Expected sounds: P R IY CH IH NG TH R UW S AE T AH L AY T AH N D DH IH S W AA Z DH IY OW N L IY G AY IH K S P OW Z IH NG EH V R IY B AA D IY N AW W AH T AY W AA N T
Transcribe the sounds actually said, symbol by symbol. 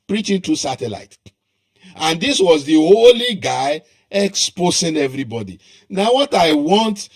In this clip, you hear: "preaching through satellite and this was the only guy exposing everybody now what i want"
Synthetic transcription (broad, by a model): P R IY CH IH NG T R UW S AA T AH L AY T AH N D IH S W AA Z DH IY OW L IY G AY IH K S P OW S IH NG EH V R IY B AA D IY N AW W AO T AY W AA N T